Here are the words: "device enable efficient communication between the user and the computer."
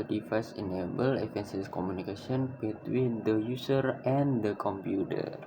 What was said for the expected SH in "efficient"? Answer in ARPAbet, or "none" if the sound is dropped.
S